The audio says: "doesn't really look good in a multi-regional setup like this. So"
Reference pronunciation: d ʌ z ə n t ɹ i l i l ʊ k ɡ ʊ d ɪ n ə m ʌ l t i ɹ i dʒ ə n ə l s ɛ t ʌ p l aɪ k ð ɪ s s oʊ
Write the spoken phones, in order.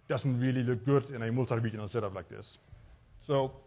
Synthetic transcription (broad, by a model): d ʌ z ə n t ɹ i l i l ʊ k ɡ ʊ d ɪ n ə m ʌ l s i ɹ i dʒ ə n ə n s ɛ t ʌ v l aɪ k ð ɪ s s oʊ